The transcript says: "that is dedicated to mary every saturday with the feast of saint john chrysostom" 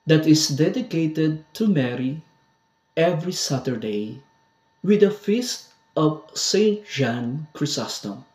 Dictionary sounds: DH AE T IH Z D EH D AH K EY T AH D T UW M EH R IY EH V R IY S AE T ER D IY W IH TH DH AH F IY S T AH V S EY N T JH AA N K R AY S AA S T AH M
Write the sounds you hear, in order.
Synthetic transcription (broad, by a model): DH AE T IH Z D EH D AH K EY T AH D T UW M EH R IY EH V R IY S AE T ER D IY W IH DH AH F IY S T AH V S EY N T ZH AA N K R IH S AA S T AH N